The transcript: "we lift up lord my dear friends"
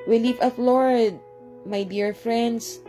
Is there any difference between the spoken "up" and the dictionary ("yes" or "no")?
yes